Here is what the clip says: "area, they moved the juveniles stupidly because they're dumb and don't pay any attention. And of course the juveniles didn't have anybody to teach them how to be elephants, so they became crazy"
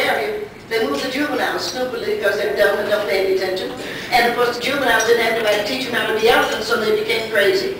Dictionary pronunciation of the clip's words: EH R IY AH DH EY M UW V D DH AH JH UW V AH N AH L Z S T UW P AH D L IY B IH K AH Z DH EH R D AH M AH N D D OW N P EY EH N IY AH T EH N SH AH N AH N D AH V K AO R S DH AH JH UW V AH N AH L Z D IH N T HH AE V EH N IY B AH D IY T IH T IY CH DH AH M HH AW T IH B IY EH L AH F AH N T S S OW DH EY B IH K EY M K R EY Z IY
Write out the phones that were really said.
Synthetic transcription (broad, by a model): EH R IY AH DH EY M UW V DH AH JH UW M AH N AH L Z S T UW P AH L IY B IH K AH Z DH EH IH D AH AH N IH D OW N P EY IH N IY AH T EH N SH AH N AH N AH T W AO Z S DH AH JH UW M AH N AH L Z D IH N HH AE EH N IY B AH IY T IH T IY CH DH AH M HH AW T IH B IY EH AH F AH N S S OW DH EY B IH K EY M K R EY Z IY